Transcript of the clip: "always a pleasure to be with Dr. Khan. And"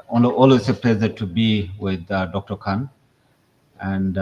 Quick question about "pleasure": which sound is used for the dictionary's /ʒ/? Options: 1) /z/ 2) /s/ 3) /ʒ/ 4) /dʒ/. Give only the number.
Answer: 1